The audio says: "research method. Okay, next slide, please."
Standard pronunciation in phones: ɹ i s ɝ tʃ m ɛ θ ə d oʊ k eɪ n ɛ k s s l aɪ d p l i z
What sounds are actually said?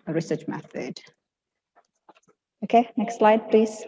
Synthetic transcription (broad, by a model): ɹ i s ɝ tʃ m ɛ θ ə d oʊ k eɪ n ɛ k s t l aɪ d p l i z